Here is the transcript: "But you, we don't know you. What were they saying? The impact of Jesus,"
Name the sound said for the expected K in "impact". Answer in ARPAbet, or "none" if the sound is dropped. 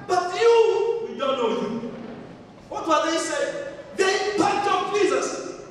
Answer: none